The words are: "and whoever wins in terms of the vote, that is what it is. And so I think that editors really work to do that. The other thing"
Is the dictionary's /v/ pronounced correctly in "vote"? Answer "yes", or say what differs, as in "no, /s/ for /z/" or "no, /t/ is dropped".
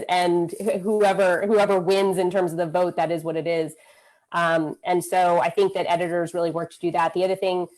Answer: yes